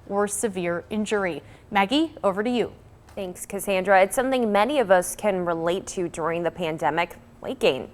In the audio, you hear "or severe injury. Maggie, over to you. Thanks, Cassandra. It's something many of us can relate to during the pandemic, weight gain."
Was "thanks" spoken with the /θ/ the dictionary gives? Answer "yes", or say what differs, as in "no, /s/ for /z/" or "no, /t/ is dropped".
yes